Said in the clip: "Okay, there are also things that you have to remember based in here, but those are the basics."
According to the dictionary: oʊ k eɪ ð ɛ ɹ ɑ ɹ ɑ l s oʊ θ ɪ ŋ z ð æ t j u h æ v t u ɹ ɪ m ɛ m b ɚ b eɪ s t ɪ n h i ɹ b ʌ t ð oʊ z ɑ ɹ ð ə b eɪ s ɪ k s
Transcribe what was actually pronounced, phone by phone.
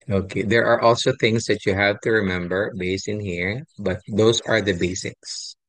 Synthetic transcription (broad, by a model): oʊ k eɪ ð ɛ ɹ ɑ ɹ ɑ l s oʊ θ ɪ ŋ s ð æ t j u h æ v t u ɹ ɪ m ɛ m b ɚ b eɪ s t ɪ n h i ɹ b ʌ t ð oʊ s ɑ ɹ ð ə b eɪ s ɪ k s